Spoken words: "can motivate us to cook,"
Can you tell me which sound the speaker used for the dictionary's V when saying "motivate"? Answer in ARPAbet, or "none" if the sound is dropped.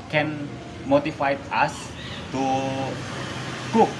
F